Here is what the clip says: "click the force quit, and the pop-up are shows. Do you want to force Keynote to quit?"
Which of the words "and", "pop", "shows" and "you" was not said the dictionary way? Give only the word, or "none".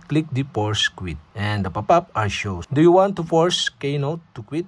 shows